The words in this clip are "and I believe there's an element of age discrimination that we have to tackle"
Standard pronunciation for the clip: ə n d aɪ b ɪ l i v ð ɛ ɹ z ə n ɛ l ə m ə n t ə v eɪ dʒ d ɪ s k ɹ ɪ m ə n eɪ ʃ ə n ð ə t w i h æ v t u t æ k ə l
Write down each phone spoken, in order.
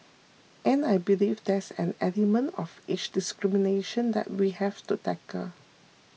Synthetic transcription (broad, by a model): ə n aɪ b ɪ l i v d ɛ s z ə n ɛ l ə m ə n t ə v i tʃ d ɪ s k ɹ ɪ m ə n eɪ ʃ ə n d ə t w i h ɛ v t u t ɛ k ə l